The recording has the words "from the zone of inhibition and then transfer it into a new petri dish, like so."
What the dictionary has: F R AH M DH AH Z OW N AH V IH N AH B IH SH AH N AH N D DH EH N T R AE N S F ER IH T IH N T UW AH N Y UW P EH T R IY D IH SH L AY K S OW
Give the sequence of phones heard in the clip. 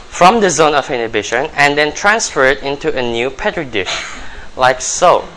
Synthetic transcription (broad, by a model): F R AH M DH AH Z OW N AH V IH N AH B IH SH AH N AH N D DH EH N T R AE N S F ER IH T IH N T UW AH N Y UW P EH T R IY D IH SH L AY K S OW